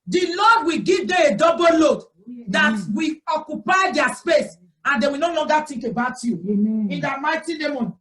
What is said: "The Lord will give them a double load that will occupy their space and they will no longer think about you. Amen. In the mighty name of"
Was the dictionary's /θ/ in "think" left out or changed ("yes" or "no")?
yes